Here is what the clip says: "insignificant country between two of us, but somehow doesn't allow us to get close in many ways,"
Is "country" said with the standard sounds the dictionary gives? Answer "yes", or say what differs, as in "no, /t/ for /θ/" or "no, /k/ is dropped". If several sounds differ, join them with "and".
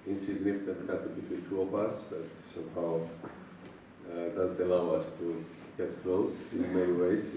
no, /n/ is dropped and /ɹ/ is dropped